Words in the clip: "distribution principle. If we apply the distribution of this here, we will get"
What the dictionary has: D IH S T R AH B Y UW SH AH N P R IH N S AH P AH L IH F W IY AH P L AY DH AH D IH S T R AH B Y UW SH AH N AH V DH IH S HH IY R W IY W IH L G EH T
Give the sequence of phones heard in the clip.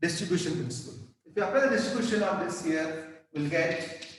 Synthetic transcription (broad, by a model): D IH S T R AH B Y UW SH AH N P R IH N S AH P AH L IH F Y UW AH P AY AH D IH S T R AH B Y UW SH AH N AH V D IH S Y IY R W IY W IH L G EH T